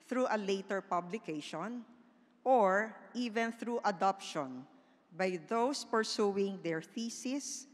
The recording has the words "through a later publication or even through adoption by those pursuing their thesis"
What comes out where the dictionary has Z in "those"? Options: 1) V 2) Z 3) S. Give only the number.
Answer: 3